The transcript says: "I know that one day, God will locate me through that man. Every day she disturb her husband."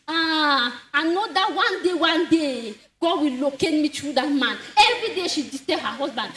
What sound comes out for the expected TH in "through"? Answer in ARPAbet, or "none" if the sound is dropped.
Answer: T